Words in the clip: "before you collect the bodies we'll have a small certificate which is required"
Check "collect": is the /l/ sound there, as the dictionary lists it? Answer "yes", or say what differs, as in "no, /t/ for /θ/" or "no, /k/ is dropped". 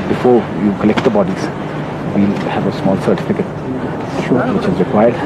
yes